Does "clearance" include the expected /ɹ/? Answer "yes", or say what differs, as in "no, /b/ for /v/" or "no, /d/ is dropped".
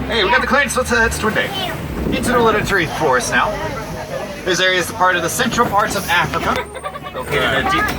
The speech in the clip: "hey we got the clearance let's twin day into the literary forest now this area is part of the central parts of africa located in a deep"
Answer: no, /w/ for /ɹ/